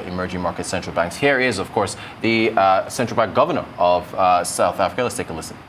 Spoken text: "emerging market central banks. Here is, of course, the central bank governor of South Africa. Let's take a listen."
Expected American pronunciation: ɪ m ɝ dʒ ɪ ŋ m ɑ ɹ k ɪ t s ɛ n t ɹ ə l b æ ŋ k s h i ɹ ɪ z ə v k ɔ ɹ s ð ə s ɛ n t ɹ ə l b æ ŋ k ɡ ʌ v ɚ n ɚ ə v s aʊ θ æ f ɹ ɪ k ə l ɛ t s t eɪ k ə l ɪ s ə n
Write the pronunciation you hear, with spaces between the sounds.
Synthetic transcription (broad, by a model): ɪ m ɝ dʒ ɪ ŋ m ɑ ɹ k ɪ t s ɛ n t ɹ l b æ ŋ k s h i ɹ ɪ z ə v k ɔ ɹ s ð ə s ɛ n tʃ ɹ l b æ ŋ k ɡ ʌ v ɚ n ɚ ə v s aʊ θ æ f ɹ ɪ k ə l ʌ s t eɪ k ə l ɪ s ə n